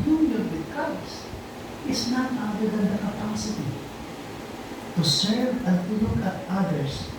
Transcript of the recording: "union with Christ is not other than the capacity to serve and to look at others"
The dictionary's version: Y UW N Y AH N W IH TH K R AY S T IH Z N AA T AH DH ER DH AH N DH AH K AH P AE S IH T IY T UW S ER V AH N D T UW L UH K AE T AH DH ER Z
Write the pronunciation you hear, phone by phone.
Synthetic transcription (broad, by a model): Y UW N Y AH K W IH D K AY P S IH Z N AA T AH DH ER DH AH N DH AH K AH P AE S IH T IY T UW S ER V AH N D T UW L UH K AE T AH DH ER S